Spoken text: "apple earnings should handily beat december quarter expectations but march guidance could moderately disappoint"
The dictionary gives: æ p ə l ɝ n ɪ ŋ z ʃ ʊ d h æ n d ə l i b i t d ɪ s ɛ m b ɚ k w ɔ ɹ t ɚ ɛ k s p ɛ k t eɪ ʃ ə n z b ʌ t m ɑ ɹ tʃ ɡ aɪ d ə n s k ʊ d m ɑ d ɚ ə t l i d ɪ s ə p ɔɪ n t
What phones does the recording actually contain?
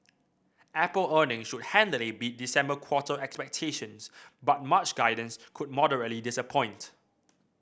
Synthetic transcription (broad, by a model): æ p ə l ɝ n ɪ ŋ ʃ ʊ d h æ n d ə l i b i t d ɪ s ɛ m b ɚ k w ɔ t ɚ ɛ k s p ɛ k t eɪ ʃ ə n s b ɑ t m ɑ tʃ ɡ aɪ d ə n s k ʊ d m ɑ d ɚ ə t l i d ɪ s ə p ɔɪ n t